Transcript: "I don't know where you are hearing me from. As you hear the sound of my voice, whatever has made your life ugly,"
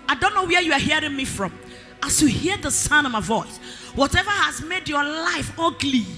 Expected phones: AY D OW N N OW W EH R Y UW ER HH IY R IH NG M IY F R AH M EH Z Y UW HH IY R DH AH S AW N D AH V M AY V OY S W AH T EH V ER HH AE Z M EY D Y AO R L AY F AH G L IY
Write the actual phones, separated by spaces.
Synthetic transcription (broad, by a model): AY D OW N N OW W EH Y UW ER HH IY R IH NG M IY F R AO M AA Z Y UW HH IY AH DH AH S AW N AH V M AY V OY S W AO T EH V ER HH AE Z M EY D Y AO L AY F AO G L IY